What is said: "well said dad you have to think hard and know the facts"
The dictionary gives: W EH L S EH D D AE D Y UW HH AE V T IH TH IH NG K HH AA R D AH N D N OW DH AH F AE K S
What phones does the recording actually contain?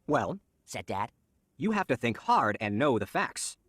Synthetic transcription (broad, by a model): W EH L S EH D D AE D Y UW HH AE F T IH TH IH NG K HH AA R D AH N N OW DH AH F AE K S